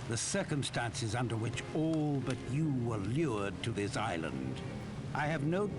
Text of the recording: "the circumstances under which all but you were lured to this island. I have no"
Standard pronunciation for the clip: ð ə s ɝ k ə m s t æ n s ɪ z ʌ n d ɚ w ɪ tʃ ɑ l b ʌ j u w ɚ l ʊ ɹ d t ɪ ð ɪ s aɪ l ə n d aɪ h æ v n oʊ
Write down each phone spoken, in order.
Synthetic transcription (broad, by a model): ð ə s ɝ k ə m s t æ n s ɪ z ʌ n d ɚ w ɪ tʃ ɑ l b ʌ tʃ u w ɚ l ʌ ɹ d t ɪ ð ɪ s aɪ l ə n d aɪ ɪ v n oʊ